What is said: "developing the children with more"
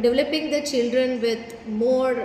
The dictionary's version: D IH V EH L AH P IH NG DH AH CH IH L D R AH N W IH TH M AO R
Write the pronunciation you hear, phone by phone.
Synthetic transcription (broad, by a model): D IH V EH L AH P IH NG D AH CH IH L D R AH N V IH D M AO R